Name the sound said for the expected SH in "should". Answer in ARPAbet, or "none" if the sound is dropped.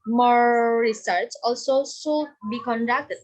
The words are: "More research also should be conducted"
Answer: S